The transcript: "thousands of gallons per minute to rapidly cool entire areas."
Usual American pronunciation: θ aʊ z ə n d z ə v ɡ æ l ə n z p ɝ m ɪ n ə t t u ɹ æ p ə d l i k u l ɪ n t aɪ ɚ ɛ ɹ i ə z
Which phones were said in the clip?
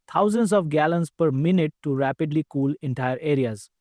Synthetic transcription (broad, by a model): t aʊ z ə n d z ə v ɡ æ l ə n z p ɝ m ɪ n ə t t u ɹ æ p ə d l i k u l ɪ n t aɪ ɚ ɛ ɹ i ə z